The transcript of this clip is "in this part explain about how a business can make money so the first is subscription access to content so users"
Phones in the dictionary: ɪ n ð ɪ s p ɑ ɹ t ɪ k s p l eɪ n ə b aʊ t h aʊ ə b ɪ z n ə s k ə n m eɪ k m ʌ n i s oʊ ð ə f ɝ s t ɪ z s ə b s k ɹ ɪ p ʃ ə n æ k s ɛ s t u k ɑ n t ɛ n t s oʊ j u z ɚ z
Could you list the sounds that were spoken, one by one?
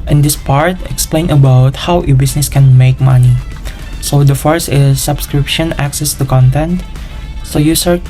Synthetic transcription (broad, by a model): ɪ n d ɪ s p ɑ ɹ t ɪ k s p l eɪ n ə b aʊ t h aʊ ə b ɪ s n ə s k ə n m eɪ k m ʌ n i s oʊ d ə f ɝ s ɪ s ə b s k ɹ ɪ p ʃ ə n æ k s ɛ s t u k ɑ n t ɛ n t s oʊ j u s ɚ